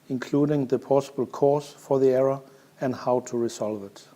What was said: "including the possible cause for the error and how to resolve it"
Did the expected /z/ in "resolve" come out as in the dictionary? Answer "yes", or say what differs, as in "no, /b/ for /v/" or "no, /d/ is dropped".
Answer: no, /s/ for /z/